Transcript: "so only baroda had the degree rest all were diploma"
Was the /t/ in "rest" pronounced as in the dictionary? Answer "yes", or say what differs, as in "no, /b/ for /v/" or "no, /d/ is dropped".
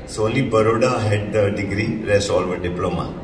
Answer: no, /t/ is dropped